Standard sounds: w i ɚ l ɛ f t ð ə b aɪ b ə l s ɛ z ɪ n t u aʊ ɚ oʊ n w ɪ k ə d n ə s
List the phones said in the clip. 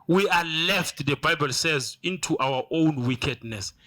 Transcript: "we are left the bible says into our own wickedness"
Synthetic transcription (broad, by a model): w i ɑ l ɛ f t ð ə b aɪ b ə l s ɛ z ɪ n t u aʊ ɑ oʊ n w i k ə d n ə s